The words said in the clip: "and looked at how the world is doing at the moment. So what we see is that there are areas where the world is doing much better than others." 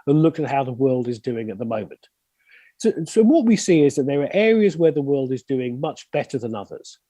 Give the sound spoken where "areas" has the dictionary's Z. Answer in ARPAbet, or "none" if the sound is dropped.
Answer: Z